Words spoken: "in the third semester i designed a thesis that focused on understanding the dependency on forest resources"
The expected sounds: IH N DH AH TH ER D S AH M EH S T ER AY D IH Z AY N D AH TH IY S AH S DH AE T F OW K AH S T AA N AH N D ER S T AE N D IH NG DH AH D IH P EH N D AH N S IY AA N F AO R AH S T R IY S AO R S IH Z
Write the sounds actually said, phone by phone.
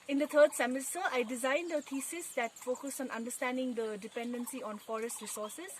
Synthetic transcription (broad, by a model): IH N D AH T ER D S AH M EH S T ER AY D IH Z AY N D AH T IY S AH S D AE T F OW K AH S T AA N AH N D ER S T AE N D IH NG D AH D IH P EH N D AH N S IY AA N F AO R AH S T R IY S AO R S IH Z